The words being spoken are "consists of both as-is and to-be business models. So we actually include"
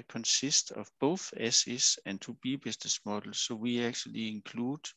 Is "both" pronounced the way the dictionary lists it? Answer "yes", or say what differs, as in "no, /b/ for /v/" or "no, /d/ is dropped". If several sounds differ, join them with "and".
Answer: yes